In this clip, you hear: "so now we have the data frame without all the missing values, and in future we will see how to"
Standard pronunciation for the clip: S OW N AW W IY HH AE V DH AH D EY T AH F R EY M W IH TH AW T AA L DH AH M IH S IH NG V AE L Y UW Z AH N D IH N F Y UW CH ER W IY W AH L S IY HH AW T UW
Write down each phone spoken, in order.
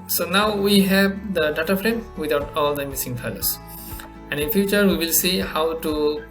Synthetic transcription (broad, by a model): S OW N AW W IY HH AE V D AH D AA T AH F R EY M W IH T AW T AA L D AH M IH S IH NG F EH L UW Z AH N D IH N F Y UW CH ER W IY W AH L S IY HH AW T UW